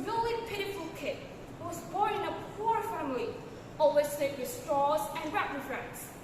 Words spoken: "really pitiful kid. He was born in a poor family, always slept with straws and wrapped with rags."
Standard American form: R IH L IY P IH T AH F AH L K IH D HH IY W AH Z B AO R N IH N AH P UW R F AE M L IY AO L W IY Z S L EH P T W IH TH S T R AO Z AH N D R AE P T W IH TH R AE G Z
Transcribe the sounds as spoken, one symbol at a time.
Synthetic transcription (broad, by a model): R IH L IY P IH T AH F AH L K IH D W AH Z B AO R N IH N AH P UW R F AE M L IY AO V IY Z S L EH T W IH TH S T R AO Z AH N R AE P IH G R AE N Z